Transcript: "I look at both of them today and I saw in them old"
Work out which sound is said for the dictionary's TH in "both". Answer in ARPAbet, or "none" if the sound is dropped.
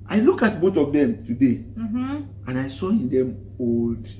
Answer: T